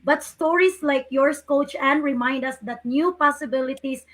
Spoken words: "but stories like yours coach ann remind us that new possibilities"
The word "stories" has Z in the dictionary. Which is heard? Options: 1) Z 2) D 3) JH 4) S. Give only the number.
4